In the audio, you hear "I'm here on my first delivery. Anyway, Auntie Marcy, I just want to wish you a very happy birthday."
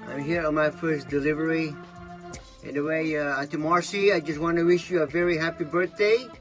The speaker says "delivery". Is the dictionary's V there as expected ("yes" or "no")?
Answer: yes